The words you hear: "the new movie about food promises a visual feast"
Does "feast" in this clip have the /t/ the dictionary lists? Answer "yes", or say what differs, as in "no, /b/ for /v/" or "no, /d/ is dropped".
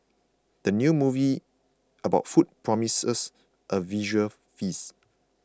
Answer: no, /t/ is dropped